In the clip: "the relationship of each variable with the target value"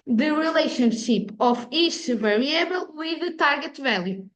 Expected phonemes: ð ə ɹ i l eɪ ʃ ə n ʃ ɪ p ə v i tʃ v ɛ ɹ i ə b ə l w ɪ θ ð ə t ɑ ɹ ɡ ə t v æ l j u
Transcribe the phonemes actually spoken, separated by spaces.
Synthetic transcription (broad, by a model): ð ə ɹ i l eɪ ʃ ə n ʃ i p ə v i ʃ v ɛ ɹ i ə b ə l w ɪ ð ə t ɑ ɹ ɡ ə t v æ l j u